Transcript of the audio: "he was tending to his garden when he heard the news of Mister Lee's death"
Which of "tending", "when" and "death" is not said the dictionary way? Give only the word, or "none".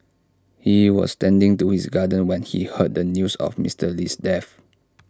death